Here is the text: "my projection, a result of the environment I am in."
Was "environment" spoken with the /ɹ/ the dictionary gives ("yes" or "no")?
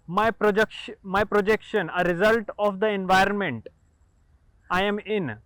yes